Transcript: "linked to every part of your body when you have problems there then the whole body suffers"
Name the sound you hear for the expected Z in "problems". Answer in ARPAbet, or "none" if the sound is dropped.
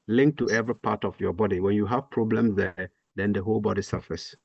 S